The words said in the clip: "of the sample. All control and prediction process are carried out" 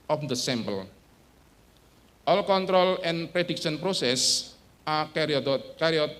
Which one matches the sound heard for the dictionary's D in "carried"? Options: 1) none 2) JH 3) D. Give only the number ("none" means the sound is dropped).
1